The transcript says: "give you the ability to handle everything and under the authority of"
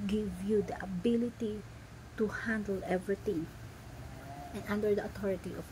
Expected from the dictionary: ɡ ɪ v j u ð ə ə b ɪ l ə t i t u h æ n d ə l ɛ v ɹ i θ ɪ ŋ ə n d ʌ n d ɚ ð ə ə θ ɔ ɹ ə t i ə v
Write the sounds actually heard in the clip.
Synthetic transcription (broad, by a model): ɡ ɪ v j u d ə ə b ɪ l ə t i t u h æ n d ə l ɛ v ɹ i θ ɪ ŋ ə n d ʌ n d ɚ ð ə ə t ɔ ɹ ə t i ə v